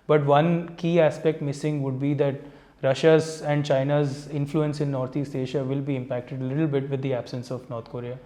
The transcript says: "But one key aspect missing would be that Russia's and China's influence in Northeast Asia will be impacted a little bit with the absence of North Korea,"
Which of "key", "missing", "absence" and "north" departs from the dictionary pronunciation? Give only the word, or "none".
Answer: north